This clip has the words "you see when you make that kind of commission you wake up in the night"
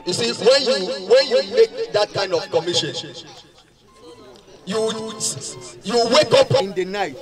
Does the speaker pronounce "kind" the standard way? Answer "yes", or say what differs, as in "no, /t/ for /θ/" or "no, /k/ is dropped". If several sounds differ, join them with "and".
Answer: yes